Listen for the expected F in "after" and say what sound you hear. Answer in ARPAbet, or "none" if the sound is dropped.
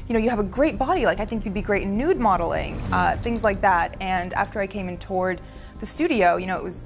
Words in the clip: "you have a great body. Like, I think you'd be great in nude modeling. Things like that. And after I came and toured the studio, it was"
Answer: F